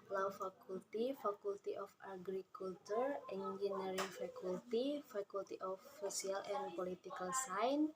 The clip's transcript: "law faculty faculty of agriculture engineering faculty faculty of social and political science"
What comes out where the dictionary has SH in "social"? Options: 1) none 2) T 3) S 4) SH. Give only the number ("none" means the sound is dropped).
1